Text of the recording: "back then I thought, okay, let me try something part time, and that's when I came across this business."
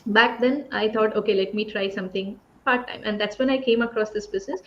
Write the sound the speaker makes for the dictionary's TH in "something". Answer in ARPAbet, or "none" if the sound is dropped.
T